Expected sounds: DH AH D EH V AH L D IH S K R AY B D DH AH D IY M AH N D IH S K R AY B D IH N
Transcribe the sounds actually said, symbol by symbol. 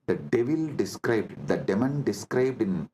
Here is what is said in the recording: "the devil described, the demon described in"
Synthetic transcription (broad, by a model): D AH D EH V AH L D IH S K R AY B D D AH D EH M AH N D IH S K R AY B D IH N